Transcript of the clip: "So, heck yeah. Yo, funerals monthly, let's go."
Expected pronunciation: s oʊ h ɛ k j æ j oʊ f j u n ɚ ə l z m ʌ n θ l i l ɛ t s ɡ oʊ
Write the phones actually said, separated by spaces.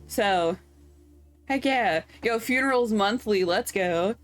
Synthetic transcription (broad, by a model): s oʊ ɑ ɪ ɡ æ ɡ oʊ f j u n ɚ l z m ʌ n θ l i l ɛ t s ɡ oʊ